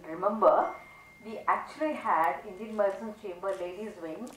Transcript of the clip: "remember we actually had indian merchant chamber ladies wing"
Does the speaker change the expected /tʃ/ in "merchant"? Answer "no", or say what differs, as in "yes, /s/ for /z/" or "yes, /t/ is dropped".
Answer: yes, /s/ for /tʃ/